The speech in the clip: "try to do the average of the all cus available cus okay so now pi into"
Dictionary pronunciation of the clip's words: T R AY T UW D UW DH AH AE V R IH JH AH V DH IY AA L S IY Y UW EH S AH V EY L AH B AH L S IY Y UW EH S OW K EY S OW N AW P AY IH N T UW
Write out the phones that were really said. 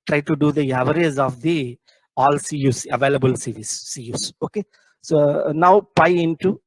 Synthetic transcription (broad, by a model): T R AY T UW D UW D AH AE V R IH Z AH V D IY AA L S IY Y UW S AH V EY L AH B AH L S IY Y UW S OW K EY S OW N AW P AY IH N T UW